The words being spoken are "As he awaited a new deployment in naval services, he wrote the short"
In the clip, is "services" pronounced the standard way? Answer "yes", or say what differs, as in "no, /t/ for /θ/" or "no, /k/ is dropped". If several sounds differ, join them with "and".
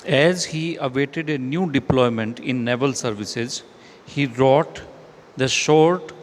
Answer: yes